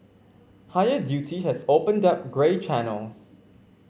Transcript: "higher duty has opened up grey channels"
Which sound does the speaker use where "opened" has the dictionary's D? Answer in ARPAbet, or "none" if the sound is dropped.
D